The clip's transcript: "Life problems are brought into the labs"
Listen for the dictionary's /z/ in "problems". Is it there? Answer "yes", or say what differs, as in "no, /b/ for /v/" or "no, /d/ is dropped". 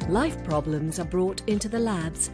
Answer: yes